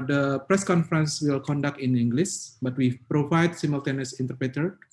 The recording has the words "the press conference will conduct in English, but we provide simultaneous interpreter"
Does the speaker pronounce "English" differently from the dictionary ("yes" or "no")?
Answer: yes